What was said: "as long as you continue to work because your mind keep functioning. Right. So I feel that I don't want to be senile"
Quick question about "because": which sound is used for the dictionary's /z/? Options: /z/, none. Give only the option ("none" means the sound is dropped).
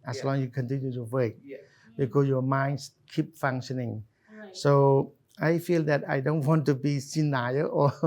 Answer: none